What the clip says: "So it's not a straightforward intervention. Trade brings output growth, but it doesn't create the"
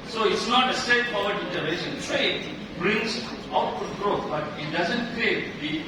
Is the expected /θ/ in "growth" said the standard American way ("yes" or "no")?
no